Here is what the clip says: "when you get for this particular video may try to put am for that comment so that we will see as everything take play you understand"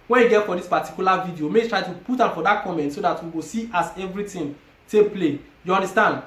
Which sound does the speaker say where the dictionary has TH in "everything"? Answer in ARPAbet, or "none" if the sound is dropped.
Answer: T